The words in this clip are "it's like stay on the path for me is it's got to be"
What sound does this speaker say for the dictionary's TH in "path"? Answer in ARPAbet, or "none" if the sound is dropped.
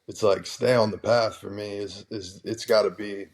TH